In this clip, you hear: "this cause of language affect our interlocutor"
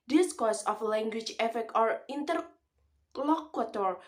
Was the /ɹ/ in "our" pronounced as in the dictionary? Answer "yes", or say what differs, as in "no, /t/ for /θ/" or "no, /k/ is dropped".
yes